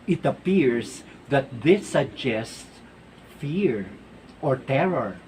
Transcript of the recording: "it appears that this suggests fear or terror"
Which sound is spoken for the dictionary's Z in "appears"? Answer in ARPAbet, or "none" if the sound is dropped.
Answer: S